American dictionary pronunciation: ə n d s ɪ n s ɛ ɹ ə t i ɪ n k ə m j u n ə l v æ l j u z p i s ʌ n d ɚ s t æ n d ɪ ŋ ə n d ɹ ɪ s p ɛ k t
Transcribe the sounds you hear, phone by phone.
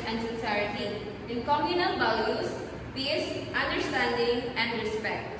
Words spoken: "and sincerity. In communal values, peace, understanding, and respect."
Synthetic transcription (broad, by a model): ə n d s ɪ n s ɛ ɹ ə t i ɪ n k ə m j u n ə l b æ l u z p i s ʌ n d ɚ s t æ n d ɪ ŋ ə n d ɹ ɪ s p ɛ k t